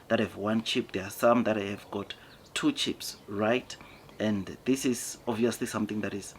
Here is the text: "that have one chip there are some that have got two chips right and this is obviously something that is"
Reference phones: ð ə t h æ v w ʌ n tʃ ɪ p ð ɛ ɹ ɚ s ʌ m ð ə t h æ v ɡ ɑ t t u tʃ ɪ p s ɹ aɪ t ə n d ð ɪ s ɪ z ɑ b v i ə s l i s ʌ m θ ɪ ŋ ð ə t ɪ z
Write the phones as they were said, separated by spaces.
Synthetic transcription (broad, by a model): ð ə t h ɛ v w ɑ n tʃ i p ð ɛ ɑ s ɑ m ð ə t h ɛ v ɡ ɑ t t u tʃ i p s ɹ aɪ t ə n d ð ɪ s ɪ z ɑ v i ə s l i s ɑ m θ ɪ ŋ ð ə t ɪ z